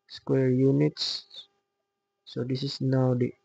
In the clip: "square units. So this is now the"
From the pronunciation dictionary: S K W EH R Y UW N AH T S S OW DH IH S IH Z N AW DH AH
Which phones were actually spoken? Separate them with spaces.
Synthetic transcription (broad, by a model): S K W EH R Y UW N AH T S S OW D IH S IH S N AW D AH